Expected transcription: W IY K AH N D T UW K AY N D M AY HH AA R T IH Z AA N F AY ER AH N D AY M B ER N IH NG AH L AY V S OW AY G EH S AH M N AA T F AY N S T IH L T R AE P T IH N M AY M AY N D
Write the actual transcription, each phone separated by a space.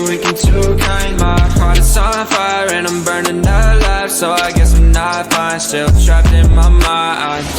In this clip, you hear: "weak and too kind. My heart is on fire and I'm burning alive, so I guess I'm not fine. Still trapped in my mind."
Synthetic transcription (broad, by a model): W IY K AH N T UW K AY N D M AY HH AA R T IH S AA L F AY ER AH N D AY M B ER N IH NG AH L AY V S OW AY G EH S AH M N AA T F AY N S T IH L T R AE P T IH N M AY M AY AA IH